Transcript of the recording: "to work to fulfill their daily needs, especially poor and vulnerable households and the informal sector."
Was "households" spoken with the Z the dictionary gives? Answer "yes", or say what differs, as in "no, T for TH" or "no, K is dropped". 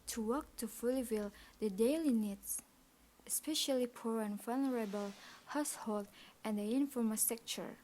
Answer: no, Z is dropped